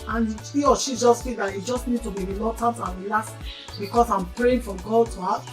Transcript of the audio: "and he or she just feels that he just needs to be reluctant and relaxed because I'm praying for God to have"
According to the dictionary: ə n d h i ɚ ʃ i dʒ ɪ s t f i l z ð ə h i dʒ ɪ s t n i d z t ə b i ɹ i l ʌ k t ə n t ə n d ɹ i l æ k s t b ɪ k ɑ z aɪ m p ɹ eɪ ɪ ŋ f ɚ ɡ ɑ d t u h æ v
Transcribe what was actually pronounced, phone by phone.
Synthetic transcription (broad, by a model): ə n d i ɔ ʃ i dʒ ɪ s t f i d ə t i dʒ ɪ s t n i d t ə b i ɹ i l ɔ t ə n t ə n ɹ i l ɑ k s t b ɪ k ɑ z aɪ m p ɹ eɪ ɪ ŋ f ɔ ɡ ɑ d t u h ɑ